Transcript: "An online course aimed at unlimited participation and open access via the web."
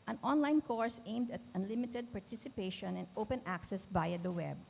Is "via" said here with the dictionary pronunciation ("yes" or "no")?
no